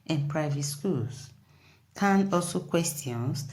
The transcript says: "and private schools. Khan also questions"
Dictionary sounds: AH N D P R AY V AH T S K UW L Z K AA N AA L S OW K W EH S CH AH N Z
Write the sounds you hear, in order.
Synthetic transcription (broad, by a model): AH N P R AY V AH T S K UW L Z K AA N AA L S OW K W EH S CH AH N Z